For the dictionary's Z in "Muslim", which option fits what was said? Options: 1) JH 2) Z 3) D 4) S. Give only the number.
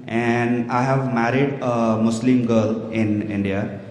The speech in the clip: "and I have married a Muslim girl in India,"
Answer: 4